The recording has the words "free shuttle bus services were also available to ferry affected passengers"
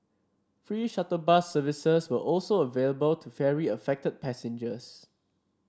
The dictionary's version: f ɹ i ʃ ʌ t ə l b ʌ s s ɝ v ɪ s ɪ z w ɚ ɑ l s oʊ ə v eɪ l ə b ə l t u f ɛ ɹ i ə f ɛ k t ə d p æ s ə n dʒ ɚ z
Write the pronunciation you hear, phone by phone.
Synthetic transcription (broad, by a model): f ɹ i ʃ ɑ t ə b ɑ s s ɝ v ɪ s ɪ s w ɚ ɑ l s oʊ ə v eɪ l ə b ə l t u f ɛ ɹ i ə f ɛ k t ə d p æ s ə n dʒ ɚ s